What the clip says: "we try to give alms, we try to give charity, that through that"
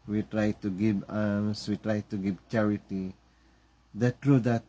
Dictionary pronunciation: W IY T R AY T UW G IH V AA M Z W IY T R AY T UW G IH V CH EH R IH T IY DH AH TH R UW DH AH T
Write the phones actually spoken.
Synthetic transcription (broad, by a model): W IY T R AY T UW G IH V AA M S W IY T R AY T UW G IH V CH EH R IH T IY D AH T R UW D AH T